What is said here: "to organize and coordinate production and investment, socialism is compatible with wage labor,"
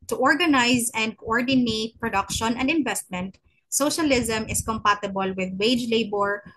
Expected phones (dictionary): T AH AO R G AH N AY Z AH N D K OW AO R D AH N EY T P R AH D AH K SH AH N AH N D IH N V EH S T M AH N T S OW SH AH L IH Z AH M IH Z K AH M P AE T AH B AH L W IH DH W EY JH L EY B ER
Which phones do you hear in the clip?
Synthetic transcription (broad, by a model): T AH AO R G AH N AY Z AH N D K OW AO R D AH N EY T P R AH D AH K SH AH N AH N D IH N V EH S T M AH N T S OW SH AH L IH Z AH M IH S K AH M P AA T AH B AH L W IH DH W EY JH L EY B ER